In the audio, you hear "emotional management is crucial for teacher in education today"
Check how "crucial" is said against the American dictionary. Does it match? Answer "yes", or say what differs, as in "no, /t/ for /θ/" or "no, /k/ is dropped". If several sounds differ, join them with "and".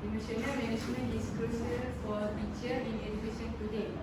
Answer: no, /ɹ/ is dropped and /s/ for /ʃ/